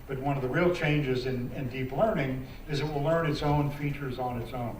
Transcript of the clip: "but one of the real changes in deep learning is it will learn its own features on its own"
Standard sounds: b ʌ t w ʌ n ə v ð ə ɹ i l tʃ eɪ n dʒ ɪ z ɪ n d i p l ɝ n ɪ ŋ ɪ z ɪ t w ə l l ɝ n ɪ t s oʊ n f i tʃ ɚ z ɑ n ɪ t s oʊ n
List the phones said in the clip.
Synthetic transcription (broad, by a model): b ʌ t w ʌ n ə v ð ə ɹ i l tʃ eɪ n dʒ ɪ z ɪ n d i p l ɝ n ɪ ŋ ɪ z ɪ t w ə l l ɝ n ɪ t s oʊ n f i tʃ ɚ z n ɪ t s oʊ n